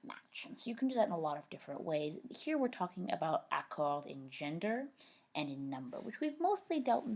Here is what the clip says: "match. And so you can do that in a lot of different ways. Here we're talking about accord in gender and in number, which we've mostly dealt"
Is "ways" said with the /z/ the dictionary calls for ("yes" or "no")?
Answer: yes